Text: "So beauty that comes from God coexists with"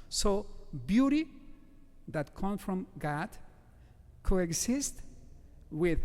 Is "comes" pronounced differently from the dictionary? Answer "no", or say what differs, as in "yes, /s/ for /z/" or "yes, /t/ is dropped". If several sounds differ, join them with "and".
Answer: yes, /z/ is dropped